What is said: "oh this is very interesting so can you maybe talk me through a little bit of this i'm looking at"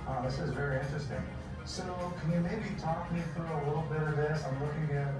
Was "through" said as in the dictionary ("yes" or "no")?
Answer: yes